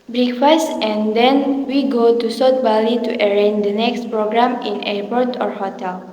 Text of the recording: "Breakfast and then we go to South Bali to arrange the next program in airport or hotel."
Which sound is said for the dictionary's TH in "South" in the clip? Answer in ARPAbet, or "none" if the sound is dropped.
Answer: T